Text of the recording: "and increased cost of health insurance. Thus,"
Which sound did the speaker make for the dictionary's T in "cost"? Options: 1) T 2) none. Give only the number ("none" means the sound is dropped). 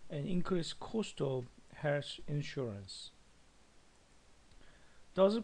1